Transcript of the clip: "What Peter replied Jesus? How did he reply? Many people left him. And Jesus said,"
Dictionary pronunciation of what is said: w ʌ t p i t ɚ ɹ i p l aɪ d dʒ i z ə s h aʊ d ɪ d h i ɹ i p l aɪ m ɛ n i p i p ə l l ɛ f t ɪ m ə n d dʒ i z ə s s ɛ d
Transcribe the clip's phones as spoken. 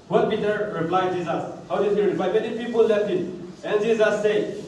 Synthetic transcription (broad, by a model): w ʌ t b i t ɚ ɹ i p l aɪ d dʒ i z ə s h aʊ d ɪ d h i ɹ i p l aɪ m ɛ n i p i p ə l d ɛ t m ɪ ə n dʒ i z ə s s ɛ